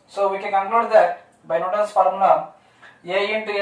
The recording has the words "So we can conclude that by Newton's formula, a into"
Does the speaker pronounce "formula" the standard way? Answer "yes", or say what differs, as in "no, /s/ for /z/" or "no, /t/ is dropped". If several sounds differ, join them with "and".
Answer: no, /l/ is dropped